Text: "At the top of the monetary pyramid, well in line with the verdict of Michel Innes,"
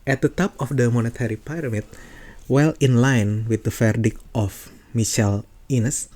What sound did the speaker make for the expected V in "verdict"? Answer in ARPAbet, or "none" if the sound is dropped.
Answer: F